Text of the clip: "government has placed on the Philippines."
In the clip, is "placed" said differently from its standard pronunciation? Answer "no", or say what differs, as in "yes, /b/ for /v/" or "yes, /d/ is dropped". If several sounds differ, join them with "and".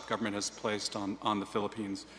no